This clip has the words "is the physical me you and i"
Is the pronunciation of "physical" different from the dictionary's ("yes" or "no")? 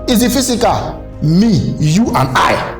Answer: yes